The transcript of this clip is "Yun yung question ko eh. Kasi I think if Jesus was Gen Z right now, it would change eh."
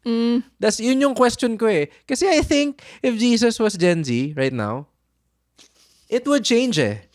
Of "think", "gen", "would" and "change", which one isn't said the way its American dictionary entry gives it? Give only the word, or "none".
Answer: none